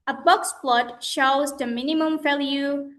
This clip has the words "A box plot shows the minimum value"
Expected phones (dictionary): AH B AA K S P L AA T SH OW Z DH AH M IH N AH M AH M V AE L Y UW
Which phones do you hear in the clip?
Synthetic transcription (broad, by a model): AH B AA K S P L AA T SH OW Z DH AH M IH N AH M AH M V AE L Y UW